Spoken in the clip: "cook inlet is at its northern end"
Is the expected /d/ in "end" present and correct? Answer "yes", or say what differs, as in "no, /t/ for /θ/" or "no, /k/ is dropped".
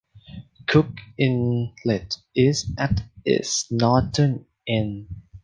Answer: no, /d/ is dropped